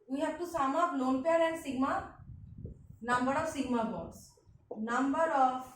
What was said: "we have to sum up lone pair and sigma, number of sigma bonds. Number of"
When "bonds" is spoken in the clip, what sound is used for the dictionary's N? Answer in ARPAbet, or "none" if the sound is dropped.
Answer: none